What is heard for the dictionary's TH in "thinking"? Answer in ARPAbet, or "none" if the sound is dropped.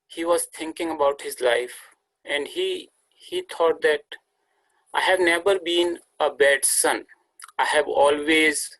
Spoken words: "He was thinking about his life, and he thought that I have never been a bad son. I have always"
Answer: T